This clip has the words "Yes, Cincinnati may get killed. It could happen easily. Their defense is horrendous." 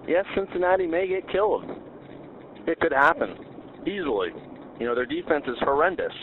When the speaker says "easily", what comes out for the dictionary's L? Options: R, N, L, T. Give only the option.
N